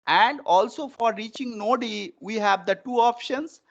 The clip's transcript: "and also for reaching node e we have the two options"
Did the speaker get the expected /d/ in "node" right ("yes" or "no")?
yes